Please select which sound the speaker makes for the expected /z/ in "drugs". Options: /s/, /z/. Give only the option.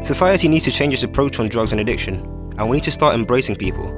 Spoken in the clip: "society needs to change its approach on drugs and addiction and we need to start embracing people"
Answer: /z/